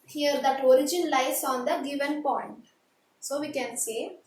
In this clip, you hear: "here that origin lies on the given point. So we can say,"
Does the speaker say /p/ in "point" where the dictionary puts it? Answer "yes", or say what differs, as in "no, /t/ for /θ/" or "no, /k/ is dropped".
yes